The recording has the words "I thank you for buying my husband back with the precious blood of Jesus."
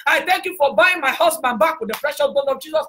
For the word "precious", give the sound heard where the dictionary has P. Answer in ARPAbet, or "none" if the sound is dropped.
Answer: F